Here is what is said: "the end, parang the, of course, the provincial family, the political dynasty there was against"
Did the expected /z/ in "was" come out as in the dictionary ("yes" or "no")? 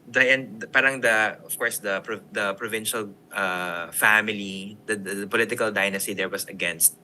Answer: no